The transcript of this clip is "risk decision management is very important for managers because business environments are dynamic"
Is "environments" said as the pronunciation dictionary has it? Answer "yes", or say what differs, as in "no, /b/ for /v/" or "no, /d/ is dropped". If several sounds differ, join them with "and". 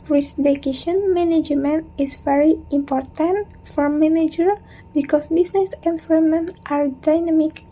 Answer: no, /s/ is dropped